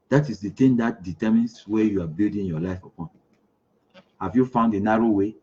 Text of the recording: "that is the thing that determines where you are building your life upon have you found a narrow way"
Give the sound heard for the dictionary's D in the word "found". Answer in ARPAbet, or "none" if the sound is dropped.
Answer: D